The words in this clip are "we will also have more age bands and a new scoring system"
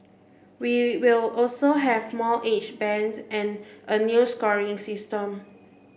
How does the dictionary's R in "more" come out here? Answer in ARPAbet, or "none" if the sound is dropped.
L